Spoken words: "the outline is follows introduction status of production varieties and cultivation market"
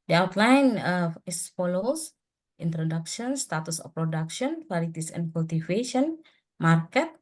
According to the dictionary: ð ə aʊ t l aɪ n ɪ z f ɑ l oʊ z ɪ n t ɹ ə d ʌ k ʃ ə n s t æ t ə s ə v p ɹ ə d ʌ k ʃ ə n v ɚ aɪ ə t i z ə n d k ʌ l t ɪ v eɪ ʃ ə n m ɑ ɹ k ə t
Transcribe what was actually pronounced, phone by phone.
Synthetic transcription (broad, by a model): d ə aʊ t l aɪ n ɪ s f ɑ l oʊ s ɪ n t ɹ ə d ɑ k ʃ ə n s t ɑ t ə s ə f p ɹ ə d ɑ k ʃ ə n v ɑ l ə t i s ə n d k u l t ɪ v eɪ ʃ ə n m ɑ ɹ k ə t